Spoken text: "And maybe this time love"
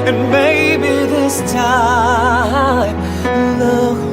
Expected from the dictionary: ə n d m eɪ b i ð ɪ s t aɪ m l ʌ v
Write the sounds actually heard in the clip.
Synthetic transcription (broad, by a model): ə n m eɪ b i ð ɪ s t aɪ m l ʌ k